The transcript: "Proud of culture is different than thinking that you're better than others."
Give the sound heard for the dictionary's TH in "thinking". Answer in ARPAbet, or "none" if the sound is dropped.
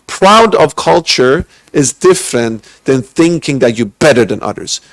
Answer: TH